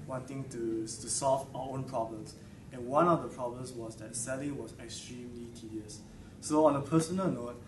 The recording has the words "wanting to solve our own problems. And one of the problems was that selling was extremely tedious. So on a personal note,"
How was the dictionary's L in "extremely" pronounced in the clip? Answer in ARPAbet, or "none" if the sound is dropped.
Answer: L